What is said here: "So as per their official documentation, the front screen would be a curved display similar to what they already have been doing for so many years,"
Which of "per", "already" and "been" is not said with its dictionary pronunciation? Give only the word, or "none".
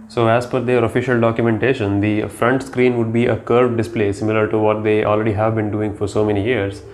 per